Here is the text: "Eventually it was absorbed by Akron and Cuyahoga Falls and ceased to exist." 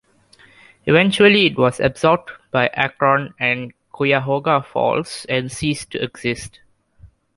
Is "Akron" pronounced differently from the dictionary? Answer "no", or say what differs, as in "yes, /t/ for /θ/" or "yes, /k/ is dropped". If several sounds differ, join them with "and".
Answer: no